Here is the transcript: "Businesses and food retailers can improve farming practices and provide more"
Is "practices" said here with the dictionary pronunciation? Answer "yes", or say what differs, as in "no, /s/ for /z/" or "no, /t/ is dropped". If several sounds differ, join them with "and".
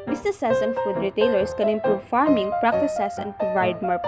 no, /s/ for /z/